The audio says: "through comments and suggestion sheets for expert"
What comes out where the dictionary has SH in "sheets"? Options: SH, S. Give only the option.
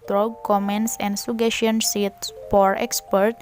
S